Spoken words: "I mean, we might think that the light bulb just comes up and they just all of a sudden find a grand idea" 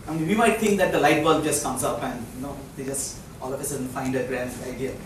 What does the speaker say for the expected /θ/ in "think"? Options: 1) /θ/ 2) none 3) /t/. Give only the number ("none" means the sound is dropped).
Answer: 3